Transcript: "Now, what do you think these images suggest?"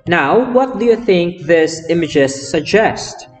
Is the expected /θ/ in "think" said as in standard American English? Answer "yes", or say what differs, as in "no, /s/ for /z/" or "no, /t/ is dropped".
yes